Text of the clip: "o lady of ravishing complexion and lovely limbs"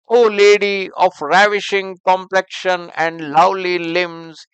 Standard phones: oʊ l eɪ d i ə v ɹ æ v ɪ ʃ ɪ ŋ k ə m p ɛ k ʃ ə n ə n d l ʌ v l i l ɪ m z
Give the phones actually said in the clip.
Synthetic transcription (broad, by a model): oʊ l eɪ d i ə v ɹ æ v ɪ ʃ ɪ ŋ k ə m p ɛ k ʃ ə n ə n d l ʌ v l i l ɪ m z